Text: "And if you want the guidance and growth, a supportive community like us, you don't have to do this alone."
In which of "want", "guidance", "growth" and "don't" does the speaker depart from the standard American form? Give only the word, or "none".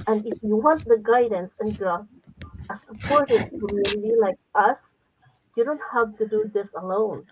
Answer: growth